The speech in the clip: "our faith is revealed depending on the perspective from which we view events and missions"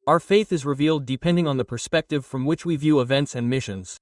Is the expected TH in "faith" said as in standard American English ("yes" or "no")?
yes